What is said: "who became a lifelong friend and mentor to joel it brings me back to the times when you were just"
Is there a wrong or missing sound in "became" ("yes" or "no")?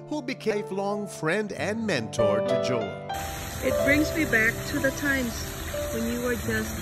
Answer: yes